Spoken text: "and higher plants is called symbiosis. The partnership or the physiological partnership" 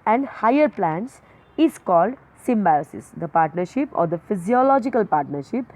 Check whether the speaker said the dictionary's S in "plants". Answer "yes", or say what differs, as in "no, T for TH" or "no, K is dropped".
yes